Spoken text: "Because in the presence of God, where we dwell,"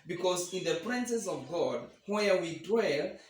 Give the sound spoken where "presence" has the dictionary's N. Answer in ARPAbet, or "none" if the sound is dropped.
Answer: none